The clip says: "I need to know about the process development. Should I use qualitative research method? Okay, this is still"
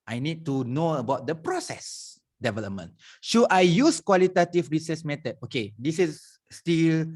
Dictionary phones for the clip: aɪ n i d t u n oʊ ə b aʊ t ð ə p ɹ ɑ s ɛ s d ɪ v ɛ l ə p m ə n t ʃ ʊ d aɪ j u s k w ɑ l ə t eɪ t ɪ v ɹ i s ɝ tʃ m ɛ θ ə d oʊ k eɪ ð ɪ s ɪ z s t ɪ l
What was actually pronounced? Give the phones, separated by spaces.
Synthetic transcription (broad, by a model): aɪ n i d t u n oʊ ə b aʊ t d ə p ɹ ɑ s ɛ s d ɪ v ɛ l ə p m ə n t ʃ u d aɪ j u s k w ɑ l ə t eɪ t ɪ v ɹ i s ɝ s m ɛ t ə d oʊ k eɪ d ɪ s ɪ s t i l